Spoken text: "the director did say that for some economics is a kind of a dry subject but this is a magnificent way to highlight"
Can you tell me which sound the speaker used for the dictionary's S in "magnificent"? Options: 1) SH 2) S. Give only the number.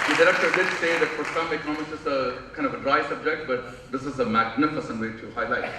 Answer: 2